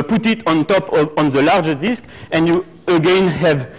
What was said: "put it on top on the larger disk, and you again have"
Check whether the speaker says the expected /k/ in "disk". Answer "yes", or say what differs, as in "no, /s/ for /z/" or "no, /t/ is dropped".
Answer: yes